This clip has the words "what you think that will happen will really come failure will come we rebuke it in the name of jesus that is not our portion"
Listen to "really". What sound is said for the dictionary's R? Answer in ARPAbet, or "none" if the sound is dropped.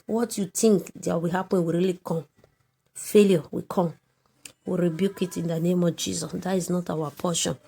R